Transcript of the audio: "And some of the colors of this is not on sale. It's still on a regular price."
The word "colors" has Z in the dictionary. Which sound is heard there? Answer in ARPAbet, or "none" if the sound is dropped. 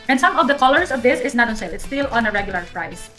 S